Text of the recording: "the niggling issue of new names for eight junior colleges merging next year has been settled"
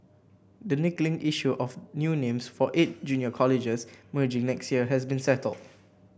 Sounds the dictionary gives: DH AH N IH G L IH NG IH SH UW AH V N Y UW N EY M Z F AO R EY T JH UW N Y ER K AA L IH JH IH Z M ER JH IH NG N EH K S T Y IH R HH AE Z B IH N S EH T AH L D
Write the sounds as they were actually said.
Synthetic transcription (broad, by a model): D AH N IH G L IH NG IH SH UW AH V N Y UW N EY M S F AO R EY T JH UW N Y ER K AA L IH JH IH S M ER JH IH NG N EH K S T Y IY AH HH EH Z B IH N S EH T AH L D